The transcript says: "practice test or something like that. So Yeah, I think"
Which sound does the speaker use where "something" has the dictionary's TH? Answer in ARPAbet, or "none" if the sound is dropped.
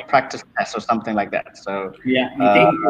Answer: TH